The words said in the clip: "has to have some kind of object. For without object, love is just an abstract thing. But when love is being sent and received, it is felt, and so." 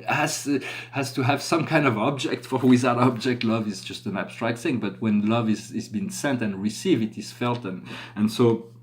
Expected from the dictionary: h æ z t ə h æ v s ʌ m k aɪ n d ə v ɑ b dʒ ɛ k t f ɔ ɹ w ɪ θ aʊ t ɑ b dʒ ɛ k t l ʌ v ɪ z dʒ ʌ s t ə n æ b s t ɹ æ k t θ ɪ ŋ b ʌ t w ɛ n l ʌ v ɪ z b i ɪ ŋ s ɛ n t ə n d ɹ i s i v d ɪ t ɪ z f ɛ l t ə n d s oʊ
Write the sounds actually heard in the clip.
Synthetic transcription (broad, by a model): h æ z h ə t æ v s ʌ m k aɪ n d ə v ɑ b dʒ ɛ k t f ɔ ɹ w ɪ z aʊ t ɑ b dʒ ɛ k t l ʌ v ɪ z dʒ ʌ s t ə n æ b s t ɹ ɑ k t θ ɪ ŋ b ʌ t w ɛ n l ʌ v ɪ z b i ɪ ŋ s ɛ n t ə n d ɹ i s i v ɪ t ɪ z f ɛ l t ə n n s oʊ